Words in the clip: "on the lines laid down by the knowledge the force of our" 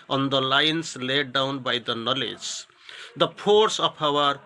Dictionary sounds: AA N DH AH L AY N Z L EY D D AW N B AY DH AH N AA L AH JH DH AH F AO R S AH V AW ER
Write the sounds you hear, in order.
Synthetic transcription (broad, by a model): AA N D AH L AY N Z L EY D D AW N B AY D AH N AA L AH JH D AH P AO R S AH P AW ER